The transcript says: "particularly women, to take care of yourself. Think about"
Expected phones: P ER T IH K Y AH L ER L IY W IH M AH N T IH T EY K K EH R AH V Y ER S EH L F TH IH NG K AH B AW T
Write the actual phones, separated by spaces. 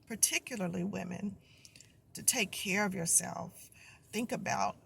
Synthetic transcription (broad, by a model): P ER T IH K Y L ER L IY W IH M AH N T IH T EY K K EH R AH V Y ER S EH L F TH IH NG K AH B AW T